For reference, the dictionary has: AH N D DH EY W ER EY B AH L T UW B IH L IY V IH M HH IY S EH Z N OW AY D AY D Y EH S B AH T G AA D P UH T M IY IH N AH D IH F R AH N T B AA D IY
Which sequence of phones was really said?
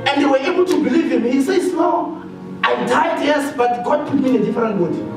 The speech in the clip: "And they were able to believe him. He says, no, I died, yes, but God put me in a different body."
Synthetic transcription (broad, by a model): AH N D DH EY W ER EY B AH L T UW B IH L IY V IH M HH IY S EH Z N OW AY D AY D Y EH S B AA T G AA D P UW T M IY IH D AH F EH R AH N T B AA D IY